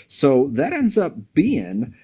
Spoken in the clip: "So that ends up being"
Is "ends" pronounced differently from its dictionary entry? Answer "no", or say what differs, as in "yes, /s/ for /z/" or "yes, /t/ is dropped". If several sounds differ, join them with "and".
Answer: no